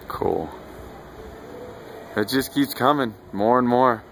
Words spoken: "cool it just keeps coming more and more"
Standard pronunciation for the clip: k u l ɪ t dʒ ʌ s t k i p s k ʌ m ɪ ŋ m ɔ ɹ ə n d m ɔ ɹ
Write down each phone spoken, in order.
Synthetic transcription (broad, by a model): k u l ɪ t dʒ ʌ s k i p s k ʌ m ɪ ŋ m ɔ ɹ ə n m ɔ ɹ